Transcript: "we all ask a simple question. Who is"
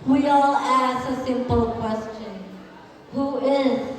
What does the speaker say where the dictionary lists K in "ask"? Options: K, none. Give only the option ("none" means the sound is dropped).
none